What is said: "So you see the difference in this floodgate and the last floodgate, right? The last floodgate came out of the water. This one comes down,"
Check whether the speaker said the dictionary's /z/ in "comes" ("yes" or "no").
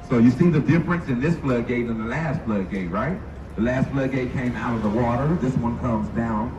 yes